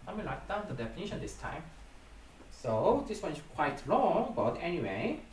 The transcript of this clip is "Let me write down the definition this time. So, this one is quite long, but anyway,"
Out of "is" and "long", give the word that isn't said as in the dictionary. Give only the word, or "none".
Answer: is